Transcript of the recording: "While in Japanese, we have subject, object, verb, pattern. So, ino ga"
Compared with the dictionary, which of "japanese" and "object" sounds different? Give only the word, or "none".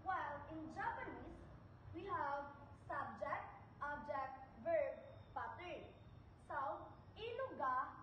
japanese